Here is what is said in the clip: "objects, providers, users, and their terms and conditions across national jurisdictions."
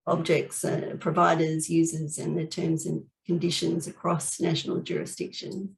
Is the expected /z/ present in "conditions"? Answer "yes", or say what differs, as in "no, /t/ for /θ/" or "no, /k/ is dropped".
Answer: yes